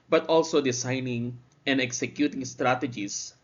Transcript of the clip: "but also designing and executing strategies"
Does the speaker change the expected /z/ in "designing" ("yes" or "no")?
yes